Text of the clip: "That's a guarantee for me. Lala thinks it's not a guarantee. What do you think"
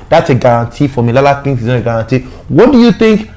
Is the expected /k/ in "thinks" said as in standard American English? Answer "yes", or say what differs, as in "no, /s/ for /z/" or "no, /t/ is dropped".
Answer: no, /k/ is dropped